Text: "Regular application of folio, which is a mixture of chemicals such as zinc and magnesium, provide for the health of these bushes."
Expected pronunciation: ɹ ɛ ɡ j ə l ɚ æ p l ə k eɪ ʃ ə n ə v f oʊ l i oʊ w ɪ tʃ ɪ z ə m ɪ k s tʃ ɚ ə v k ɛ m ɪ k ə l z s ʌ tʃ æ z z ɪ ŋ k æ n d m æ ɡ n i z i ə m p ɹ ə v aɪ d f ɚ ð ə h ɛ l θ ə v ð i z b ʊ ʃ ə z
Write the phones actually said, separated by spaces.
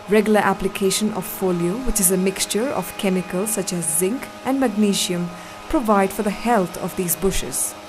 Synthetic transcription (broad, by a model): ɹ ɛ ɡ j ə l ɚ æ p l ə k eɪ ʃ ə n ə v f oʊ l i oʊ w ɪ tʃ ɪ z ə m ɪ k s tʃ ɚ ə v k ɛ m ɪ k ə l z s ʌ tʃ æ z z ɪ ŋ k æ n d m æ ɡ n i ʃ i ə m p ɹ ə v aɪ d f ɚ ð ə h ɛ l t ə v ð i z b ʊ ʃ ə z